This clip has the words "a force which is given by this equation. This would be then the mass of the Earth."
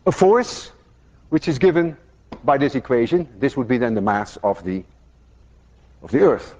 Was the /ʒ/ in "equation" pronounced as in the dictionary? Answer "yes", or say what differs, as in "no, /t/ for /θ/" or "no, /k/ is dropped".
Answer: yes